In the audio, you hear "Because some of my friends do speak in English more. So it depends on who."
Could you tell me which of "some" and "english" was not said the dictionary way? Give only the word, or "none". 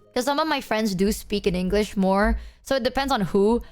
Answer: none